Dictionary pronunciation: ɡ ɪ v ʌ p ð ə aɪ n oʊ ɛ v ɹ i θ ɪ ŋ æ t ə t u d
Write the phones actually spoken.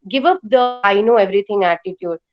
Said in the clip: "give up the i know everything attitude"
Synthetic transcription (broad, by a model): ɡ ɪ v ʌ p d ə aɪ n oʊ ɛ v ɹ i t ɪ ŋ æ t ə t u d